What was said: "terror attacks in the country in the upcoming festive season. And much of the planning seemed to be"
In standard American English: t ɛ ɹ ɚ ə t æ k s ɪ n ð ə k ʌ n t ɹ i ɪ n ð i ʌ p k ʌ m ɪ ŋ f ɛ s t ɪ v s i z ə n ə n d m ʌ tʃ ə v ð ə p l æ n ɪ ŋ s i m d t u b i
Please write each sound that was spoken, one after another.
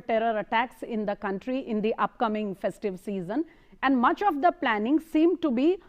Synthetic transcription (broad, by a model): t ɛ ɹ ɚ ə t æ k s ɪ n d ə k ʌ n t ɹ i ɪ n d i ʌ p k ʌ m ɪ ŋ f ɛ s t ɪ v s i z ə n ə n d m ʌ tʃ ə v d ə p l æ n ɪ ŋ s i m d t u b i